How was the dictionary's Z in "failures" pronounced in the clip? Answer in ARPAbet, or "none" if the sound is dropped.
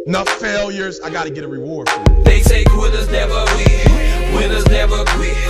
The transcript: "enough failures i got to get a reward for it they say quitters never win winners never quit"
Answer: Z